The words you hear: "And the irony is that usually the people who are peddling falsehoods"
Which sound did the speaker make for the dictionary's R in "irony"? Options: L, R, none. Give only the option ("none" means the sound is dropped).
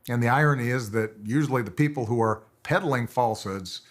R